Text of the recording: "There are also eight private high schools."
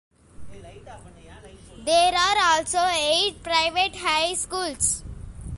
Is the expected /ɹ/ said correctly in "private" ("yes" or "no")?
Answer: yes